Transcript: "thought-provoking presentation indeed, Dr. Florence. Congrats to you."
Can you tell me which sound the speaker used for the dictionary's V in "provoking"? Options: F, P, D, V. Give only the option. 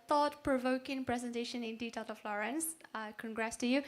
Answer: V